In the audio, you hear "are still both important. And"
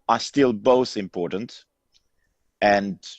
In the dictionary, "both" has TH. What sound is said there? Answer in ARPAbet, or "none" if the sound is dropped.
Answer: TH